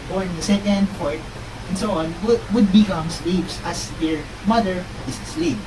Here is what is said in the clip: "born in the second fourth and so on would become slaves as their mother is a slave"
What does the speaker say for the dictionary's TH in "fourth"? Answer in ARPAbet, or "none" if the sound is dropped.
T